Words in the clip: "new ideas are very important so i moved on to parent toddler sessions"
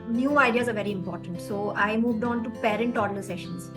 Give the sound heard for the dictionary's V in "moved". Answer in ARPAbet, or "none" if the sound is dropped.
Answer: V